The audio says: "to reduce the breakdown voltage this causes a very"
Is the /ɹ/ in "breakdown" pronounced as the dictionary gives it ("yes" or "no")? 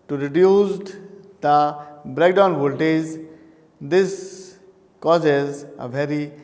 yes